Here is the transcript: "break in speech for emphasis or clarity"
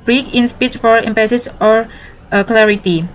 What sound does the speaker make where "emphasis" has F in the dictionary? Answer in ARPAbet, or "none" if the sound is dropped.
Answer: P